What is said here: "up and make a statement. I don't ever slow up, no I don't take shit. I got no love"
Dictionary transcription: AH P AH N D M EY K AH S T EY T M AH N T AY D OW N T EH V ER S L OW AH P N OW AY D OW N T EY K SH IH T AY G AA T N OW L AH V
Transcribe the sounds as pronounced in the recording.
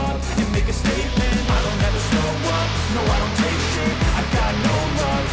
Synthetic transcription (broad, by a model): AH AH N M EY K AH S T EY T M AH N T AY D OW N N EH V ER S OW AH N OW AY D OW N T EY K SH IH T AY G AA T N OW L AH